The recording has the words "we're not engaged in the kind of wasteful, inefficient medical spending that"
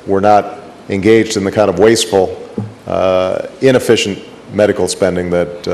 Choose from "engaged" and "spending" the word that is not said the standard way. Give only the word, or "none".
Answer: none